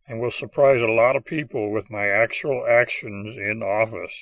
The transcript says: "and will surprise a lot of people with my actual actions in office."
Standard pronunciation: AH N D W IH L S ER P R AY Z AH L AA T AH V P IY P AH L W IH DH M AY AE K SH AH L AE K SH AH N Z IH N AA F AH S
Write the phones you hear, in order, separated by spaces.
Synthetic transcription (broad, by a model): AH N W IH L S ER P R AY Z AH L AA T AH V P IY P L W IH DH M AY AE K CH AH L AE K SH AH N Z IH N AA F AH S